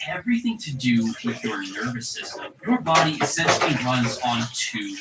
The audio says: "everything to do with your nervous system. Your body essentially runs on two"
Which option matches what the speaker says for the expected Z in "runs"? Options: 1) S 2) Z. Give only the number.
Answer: 2